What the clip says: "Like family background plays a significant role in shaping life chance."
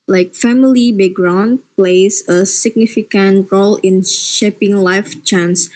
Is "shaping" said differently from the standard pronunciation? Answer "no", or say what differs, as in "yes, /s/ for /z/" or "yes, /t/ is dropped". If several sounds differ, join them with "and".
no